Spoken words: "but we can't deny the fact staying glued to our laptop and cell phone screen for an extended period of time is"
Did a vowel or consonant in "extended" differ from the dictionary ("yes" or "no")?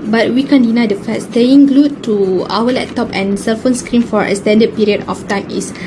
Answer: yes